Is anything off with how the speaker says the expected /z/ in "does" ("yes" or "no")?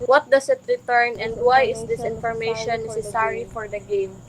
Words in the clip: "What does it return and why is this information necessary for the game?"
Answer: yes